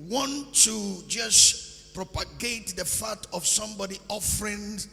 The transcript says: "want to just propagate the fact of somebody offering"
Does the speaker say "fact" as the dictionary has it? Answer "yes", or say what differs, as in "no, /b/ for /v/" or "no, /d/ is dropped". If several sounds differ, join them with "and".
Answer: no, /k/ is dropped